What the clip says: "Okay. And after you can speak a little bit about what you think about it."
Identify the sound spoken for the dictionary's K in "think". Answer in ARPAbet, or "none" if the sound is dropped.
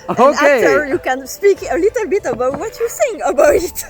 none